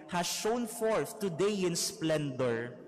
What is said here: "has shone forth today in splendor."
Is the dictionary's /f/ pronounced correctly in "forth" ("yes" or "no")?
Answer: yes